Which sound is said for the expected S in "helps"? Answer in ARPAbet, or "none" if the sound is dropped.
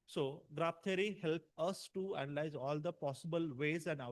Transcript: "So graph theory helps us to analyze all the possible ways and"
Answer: none